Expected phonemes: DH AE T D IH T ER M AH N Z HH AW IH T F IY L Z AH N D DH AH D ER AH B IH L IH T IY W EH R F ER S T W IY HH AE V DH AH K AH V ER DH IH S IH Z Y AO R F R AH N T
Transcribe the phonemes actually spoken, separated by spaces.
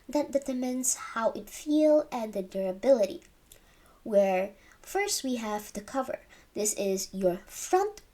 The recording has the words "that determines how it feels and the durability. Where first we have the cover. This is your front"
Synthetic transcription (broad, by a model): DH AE T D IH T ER M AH N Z HH AW IH T F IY L AH N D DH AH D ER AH B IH L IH T IY W EH R F ER S T W IY HH AE V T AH K AH V ER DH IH S IH Z Y AO R F R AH N T